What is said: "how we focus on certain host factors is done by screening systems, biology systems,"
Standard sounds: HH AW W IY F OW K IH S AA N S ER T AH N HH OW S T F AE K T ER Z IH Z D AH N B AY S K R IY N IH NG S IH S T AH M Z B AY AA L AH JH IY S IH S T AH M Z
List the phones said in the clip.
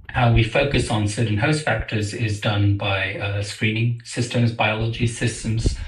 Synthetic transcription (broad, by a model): HH AW W IY F OW K IH S N S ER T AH N HH OW S T F AE K T ER Z IH Z D AH N B AY S K R IY N IH NG S IH S T AH M Z B AY AA L AH JH IY S IH S T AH M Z